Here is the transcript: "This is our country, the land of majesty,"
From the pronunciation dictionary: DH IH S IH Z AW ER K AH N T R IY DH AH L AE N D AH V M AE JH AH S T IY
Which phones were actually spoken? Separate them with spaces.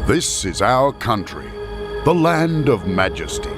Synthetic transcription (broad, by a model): DH IH S IH Z AW ER K AH N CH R IY DH AH L AE N D AH V M AE JH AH S T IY